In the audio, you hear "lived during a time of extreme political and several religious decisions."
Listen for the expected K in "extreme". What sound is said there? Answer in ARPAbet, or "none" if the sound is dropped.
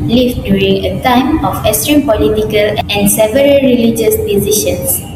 none